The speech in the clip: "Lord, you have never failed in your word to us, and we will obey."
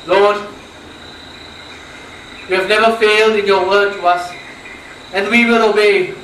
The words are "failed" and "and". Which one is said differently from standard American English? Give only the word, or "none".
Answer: none